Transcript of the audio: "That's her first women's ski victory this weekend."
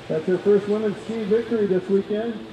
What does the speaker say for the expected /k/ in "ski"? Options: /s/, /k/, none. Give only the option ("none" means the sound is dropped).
none